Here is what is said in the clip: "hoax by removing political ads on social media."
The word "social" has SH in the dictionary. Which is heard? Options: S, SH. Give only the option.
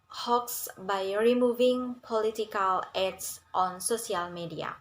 S